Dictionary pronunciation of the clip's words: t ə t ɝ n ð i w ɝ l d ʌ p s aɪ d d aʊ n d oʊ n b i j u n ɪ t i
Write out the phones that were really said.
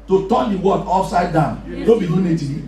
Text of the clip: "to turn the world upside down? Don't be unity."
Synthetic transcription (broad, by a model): t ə t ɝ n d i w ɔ d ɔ f s aɪ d d aʊ n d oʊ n b i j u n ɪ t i